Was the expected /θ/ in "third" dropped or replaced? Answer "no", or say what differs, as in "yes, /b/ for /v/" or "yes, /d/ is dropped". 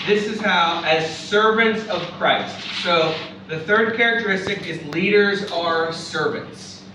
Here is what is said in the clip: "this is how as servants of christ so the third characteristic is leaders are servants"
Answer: no